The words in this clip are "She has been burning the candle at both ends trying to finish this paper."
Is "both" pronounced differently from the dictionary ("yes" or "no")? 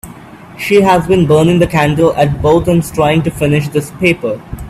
yes